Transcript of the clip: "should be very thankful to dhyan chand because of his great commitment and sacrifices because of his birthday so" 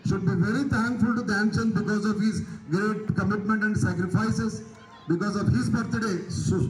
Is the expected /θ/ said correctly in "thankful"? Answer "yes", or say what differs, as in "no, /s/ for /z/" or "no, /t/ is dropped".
no, /t/ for /θ/